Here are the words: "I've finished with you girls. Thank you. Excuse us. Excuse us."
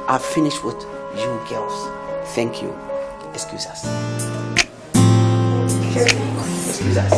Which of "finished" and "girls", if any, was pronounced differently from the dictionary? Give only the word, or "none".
girls